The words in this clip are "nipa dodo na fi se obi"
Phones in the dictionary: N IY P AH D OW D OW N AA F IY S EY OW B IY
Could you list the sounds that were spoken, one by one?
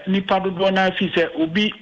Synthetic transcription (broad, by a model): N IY P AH D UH D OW N AA F IY S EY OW B IY